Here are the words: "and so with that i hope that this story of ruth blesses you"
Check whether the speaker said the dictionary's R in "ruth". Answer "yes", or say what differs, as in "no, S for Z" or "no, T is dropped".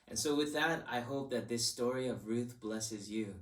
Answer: yes